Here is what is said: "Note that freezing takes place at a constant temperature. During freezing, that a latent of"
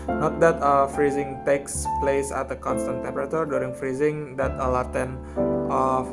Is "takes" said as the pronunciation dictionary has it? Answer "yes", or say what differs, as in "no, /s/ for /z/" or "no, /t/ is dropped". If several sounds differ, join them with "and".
yes